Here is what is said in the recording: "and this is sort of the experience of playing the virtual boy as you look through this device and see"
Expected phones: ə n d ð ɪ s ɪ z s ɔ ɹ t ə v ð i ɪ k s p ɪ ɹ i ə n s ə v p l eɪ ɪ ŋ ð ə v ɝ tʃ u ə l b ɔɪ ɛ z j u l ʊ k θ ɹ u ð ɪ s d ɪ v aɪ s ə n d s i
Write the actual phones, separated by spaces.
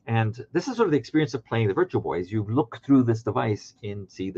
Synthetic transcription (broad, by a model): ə n ð ɪ s ɪ z s ɔ ɹ t ə v ð i ɪ k s p ɪ ɹ i ə n s ə v p l eɪ ɪ ŋ ð ə v ɝ tʃ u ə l b ɔɪ z j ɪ l ʊ k θ ɹ u ð ɪ s d ɪ v aɪ s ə n s i